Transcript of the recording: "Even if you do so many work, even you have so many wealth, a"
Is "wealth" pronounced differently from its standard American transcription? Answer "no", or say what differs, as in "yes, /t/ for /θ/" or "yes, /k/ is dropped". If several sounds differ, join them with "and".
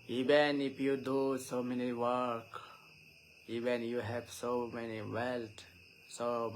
yes, /s/ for /θ/